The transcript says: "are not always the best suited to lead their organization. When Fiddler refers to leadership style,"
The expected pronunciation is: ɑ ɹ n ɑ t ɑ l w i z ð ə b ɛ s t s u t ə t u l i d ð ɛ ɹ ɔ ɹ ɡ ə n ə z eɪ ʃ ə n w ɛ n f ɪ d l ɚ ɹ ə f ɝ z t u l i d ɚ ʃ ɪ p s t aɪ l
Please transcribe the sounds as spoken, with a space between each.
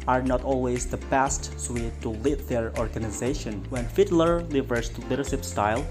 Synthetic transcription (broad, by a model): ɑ ɹ n ɑ t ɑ l w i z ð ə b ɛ s t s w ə t u l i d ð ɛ ɹ ɔ ɹ ɡ ə n ə z eɪ ʃ ə n w ɛ n f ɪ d l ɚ l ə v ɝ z t u l i d ɚ ʃ ɪ p s t aɪ l